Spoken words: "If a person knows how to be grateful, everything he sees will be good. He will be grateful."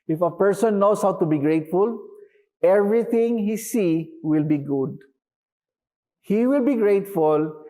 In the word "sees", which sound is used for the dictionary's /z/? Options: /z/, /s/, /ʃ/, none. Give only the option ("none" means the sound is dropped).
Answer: none